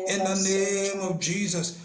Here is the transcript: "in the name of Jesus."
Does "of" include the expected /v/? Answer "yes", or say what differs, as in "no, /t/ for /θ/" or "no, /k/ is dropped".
no, /b/ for /v/